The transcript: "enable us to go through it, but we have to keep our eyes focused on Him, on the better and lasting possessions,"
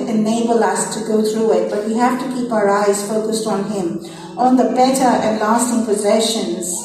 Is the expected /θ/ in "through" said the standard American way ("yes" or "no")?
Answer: no